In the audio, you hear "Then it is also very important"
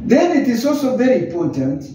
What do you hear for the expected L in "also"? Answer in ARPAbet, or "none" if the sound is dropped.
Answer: L